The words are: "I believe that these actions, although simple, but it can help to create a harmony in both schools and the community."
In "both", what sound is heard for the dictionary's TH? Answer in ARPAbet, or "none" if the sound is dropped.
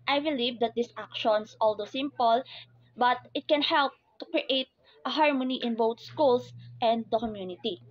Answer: T